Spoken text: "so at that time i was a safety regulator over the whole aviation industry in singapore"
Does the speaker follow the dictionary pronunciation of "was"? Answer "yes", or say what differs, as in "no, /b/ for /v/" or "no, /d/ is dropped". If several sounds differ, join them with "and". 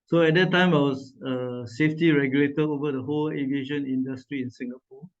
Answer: no, /s/ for /z/